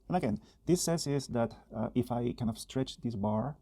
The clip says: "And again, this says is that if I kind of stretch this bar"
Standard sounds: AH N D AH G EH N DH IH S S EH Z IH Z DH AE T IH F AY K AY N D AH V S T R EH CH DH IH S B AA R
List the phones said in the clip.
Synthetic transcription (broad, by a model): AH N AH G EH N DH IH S S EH S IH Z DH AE T IH F AY K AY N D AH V S T R EH CH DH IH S B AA R